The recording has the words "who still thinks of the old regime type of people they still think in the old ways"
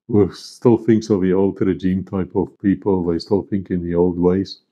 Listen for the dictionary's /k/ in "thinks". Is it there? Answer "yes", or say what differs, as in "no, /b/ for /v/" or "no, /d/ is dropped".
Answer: yes